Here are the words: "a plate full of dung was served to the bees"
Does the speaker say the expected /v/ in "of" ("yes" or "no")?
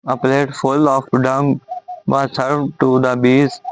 no